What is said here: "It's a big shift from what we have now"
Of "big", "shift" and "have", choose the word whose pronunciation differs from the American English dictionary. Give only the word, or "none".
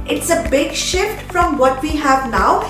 none